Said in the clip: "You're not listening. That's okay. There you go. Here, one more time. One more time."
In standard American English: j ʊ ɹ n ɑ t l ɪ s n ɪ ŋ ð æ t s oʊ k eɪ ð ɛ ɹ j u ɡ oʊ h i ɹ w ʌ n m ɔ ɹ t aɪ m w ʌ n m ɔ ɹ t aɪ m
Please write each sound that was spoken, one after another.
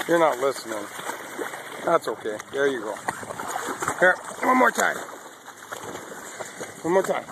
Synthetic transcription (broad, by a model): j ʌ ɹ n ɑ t l ɪ s n ɪ ŋ ð æ t s oʊ k eɪ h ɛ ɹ j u ɡ oʊ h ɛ w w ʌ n m ɔ ɹ t aɪ m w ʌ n m ɔ ɹ t aɪ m